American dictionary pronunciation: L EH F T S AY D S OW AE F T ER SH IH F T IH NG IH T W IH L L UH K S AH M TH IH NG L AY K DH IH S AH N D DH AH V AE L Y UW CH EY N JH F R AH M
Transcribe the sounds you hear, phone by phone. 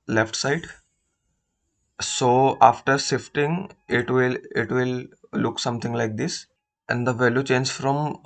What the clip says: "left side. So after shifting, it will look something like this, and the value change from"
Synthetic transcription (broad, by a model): L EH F T S AY D S OW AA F T ER S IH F T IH NG IH T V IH L L UH K S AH M T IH NG L AY K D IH S AH N D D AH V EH L Y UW CH EY N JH F R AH M